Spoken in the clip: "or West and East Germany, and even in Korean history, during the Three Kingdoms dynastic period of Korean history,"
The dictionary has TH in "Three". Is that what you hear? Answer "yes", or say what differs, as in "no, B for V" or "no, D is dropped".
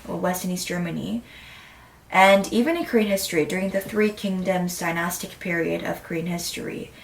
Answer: yes